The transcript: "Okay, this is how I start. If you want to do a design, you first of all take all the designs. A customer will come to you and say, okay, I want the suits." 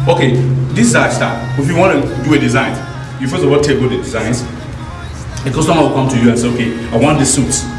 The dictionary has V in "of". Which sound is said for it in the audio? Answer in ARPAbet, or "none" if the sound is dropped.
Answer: W